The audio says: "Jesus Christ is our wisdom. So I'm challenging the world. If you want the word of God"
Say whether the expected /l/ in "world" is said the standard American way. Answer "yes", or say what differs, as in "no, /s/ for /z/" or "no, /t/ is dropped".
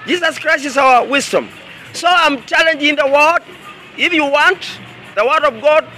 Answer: no, /l/ is dropped